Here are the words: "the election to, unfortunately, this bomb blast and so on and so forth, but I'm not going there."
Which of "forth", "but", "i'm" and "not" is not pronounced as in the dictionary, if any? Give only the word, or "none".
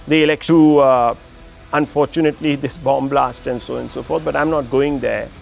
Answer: forth